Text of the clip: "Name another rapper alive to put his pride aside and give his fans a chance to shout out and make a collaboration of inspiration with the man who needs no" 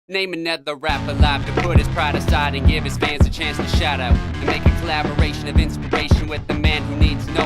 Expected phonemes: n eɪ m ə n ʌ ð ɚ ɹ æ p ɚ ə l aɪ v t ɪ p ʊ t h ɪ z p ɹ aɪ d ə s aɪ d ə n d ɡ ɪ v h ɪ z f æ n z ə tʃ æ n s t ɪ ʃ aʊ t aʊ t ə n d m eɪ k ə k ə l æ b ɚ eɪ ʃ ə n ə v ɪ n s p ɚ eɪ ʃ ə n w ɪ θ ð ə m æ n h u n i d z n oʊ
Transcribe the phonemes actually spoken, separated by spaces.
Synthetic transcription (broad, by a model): n eɪ m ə n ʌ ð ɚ ɹ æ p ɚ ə l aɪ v t ɪ p ʊ t h ɪ z p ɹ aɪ d ə s aɪ d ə n ɡ ɪ v ɪ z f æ n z ə tʃ æ n s t ɪ ʃ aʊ t aʊ t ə n m eɪ k ə k ə l æ b ɚ eɪ ʃ ə n ə v ɪ n s p ɚ eɪ ʃ ə n w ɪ ð ə m æ n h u n i d z n oʊ